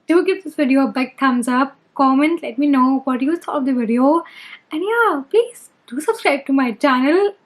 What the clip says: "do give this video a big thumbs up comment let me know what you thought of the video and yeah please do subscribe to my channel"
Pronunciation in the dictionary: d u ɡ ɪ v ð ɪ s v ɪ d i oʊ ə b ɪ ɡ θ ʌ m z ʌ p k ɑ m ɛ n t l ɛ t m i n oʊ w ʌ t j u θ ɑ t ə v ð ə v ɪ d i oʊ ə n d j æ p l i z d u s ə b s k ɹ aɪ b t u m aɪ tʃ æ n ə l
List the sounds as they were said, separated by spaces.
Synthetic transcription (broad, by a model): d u ɡ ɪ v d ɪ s v ɪ d i oʊ b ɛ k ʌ m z ʌ p k ɑ m ɛ n t l ɛ t m i n oʊ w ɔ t j u s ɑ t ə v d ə v ɪ d i oʊ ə n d j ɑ p l i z d u s ə b s k ɹ aɪ b t u m aɪ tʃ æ n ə l